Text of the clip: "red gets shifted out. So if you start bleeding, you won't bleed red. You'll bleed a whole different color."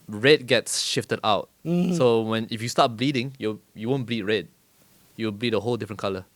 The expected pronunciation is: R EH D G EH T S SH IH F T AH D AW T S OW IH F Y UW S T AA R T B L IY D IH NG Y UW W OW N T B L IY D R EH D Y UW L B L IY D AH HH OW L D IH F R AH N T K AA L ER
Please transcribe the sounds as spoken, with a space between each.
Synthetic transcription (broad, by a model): R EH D G EH T S SH IH F T AH D AW T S OW IH F Y UW S T AA T B L IY D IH NG Y UW W OW N B L IY D R EH D Y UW W B L IY D AH HH OW L D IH F R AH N K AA L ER